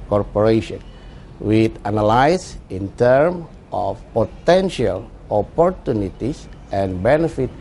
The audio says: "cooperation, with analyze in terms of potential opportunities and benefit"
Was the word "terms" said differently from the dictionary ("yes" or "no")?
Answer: yes